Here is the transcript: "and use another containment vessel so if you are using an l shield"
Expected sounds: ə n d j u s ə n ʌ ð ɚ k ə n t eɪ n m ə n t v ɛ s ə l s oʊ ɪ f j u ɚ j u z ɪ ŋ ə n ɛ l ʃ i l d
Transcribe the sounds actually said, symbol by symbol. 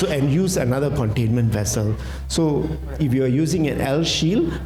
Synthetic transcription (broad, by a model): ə n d j u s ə n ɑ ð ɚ k ə n t eɪ n m ə n t v ɛ s ə l s oʊ ɪ f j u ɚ j u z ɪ ŋ ə n ɛ l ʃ i l